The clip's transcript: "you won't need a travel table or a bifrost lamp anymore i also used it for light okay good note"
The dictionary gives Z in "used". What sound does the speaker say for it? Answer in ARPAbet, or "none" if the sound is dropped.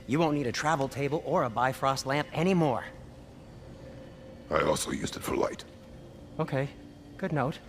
Z